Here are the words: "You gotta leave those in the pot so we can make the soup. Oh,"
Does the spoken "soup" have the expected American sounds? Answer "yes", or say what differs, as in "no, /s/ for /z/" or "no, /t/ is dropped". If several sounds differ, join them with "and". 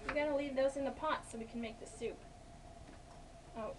yes